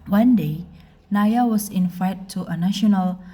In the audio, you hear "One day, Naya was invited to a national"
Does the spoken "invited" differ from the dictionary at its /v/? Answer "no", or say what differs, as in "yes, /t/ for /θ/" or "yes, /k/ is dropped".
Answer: yes, /f/ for /v/